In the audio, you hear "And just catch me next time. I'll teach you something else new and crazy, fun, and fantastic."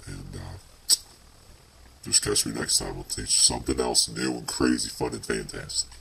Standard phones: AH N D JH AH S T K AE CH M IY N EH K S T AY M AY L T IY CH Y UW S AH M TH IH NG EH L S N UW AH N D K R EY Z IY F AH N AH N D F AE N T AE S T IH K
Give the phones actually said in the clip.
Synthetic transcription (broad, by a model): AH N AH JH AH S K AE CH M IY N EH K S T AY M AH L T IY CH S AH M TH IH NG EH L S N UW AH N K R EY Z IY F AH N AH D F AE N T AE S T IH K